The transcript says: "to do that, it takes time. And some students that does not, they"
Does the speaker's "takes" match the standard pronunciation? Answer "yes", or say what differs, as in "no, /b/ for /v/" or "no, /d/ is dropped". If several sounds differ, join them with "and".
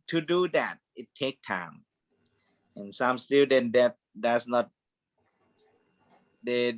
no, /s/ is dropped